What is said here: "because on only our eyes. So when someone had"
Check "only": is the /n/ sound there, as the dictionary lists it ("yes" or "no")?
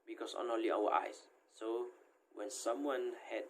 no